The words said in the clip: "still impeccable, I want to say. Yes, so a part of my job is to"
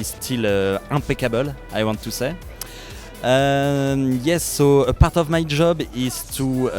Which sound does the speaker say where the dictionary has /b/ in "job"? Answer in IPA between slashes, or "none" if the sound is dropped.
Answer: /b/